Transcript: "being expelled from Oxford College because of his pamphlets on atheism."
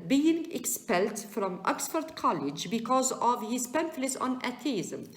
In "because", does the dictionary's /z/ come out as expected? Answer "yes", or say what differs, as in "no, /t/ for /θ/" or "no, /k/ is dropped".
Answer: yes